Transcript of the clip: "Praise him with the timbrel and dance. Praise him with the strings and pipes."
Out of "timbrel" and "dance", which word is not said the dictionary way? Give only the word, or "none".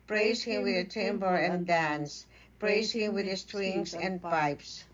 timbrel